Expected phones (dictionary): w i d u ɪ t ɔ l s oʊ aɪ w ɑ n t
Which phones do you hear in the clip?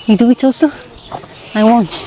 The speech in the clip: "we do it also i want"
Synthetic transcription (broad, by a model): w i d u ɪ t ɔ s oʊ aɪ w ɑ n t